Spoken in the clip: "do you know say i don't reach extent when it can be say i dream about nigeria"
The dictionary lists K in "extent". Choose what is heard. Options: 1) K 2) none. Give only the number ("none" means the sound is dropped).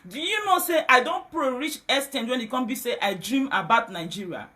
2